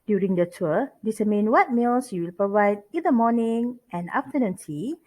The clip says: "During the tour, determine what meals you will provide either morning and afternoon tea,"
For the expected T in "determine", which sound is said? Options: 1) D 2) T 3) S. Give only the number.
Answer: 3